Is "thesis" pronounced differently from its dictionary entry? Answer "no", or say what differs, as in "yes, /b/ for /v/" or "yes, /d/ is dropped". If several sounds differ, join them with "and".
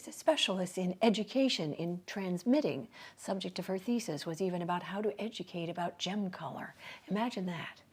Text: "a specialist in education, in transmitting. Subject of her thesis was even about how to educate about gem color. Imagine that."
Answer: no